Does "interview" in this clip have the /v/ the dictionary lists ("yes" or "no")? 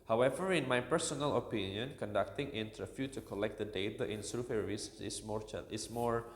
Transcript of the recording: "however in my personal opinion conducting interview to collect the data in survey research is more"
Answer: no